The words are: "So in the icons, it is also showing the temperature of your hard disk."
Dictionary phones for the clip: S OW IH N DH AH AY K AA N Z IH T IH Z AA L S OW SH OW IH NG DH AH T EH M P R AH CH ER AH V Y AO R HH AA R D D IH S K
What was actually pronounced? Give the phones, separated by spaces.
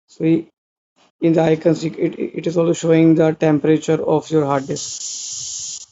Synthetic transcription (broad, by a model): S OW IH N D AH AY K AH N S IH T IH Z AA L S OW SH OW IH NG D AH T EH M P R AH CH ER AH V Y AO R HH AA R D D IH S